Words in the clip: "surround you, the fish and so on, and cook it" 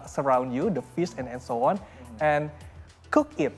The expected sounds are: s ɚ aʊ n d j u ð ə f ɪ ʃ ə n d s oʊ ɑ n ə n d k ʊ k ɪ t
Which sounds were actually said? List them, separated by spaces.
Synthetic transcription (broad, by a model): s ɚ aʊ n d j u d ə f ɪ s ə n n s oʊ ɑ n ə n k ʊ k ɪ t